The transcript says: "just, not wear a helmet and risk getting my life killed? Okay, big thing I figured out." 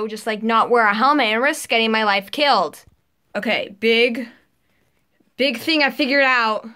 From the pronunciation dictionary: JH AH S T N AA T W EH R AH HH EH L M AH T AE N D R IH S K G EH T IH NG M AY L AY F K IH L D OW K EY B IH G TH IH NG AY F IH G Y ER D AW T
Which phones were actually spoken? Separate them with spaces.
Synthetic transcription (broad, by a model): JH AH S T N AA T W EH R AH HH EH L M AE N R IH S G EH T IH NG M AY L AY F K IH L D OW K EY B IH G TH IH NG AY F IH G Y ER D AW T